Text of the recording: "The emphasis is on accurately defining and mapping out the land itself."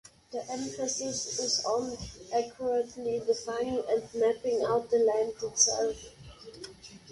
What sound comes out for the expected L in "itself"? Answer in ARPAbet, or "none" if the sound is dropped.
L